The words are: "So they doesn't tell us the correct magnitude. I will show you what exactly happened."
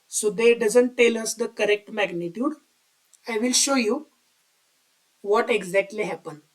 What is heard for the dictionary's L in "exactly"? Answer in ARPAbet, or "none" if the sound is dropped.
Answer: L